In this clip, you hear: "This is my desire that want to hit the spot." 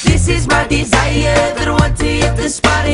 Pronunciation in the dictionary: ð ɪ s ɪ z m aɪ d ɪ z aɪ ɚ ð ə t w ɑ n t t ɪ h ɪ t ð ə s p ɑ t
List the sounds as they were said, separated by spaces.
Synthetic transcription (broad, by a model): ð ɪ s ɪ z m aɪ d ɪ z aɪ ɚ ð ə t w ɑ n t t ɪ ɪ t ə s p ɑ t